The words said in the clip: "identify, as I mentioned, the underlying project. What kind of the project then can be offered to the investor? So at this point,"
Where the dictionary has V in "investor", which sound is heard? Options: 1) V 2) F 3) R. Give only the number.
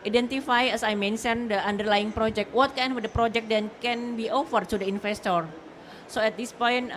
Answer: 2